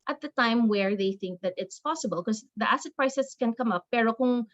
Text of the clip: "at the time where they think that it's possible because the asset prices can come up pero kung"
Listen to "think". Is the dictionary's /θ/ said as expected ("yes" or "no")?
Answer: yes